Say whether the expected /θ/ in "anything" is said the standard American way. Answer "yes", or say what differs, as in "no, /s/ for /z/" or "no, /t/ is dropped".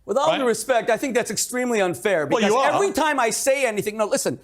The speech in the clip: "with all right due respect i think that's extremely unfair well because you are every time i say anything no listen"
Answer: yes